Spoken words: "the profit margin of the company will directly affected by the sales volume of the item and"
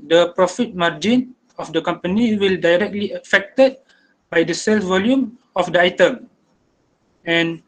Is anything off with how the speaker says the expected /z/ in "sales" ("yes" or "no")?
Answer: yes